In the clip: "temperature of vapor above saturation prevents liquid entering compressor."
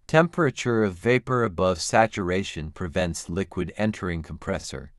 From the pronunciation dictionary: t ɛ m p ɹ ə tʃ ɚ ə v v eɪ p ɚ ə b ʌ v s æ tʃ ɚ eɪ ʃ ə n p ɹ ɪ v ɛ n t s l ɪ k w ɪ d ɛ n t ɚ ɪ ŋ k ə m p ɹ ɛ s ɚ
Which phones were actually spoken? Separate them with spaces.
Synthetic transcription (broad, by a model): t ɛ m p ɹ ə tʃ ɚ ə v v eɪ p ɚ ə b ʌ v s æ tʃ ɚ eɪ ʃ ə n p ɹ ɪ v ɛ n t s l ɪ k w ɪ d ɛ n t ɚ ɪ ŋ k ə m p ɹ ɛ s ɚ